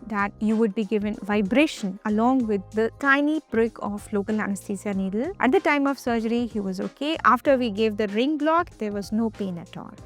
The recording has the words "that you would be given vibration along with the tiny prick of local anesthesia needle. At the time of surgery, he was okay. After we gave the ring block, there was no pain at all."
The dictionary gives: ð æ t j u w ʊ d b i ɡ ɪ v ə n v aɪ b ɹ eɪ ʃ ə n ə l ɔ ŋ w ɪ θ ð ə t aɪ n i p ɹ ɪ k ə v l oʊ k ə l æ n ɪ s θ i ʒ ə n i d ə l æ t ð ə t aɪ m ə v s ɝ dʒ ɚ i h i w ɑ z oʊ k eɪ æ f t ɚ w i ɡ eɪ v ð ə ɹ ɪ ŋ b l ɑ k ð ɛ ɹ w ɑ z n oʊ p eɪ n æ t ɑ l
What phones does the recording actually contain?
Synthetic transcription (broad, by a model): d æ t j u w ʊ d b i ɡ ɪ v ə n v aɪ b ɹ eɪ ʃ ə n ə l ɔ ŋ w ɪ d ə t aɪ n i b ɹ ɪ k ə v l oʊ k ə l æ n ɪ s t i s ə n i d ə l æ t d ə t aɪ m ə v s ɝ dʒ ɚ i h i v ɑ z oʊ k eɪ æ f t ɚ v i ɡ eɪ v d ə ɹ ɪ ŋ b l ɑ k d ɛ ɹ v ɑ z n oʊ p eɪ n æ t ɑ l